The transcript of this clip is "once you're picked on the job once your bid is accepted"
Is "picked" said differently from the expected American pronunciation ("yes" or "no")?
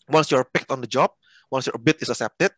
no